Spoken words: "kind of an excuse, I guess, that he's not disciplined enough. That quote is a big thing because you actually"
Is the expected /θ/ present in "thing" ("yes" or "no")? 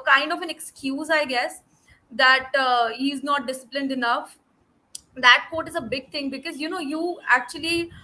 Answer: no